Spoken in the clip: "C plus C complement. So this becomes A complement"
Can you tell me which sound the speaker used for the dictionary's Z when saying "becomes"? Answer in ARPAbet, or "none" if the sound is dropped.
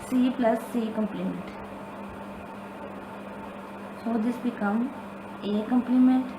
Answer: none